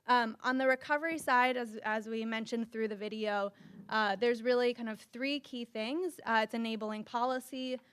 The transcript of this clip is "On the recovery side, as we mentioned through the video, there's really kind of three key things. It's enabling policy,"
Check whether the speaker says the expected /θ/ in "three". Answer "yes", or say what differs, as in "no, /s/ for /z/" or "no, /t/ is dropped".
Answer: yes